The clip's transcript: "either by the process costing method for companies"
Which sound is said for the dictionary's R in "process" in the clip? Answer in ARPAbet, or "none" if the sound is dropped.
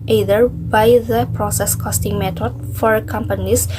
R